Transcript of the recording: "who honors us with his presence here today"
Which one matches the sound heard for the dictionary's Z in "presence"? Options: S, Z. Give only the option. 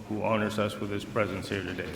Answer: Z